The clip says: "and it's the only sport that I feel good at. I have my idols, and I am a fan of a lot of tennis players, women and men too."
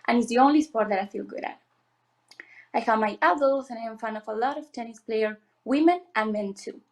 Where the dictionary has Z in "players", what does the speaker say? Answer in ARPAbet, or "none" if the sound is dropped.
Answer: none